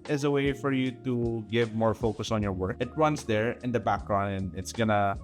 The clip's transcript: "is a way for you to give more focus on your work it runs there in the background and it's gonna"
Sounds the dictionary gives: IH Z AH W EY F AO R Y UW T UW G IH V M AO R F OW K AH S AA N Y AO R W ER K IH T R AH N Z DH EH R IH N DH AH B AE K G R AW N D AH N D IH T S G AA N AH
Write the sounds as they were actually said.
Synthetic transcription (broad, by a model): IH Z AH W EY F AO R Y UW T UW G IH V M AO R F OW K AH S AA N Y AO R W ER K IH T R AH N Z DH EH R IH N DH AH B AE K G R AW N AH N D IH T S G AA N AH